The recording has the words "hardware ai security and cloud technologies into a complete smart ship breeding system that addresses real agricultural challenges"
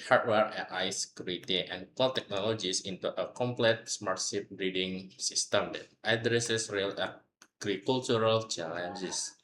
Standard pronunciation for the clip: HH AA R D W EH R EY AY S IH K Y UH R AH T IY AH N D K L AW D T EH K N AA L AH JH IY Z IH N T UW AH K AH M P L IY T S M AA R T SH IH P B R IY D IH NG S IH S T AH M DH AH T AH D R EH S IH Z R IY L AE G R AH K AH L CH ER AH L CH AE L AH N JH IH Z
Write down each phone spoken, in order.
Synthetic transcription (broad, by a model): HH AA R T W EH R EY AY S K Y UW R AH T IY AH N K AO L T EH K N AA L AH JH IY S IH N T UW AH K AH M P L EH T S M AA R T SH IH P B R IY D IH NG S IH S T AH M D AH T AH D R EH S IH S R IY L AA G R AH K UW L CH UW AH L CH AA L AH N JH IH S